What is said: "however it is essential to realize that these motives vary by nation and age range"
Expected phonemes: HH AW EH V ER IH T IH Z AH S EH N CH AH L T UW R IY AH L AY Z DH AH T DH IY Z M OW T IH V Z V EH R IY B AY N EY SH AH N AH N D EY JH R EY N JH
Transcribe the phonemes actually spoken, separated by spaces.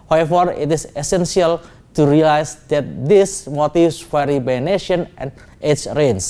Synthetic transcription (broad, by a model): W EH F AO IH T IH S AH S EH N S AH L T UW R IY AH L AY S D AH T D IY S M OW T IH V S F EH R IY B AY N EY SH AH N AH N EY CH R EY N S